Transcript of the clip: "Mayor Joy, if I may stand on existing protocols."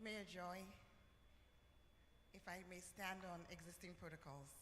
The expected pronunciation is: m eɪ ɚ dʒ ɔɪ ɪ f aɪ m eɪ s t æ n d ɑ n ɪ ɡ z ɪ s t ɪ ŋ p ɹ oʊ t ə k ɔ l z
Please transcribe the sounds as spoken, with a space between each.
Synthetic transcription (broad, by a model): m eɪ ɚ dʒ ɔɪ ɪ f aɪ m eɪ s t æ n d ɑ n ɪ ɡ z ɪ s t ɪ ŋ p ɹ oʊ t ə k ɔ l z